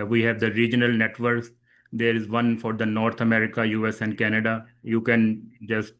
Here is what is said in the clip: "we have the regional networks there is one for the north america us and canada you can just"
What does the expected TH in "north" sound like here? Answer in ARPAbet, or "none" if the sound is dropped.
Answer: T